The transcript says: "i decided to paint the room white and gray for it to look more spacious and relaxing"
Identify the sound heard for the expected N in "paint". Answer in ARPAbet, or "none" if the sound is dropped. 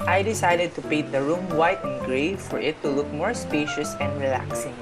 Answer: none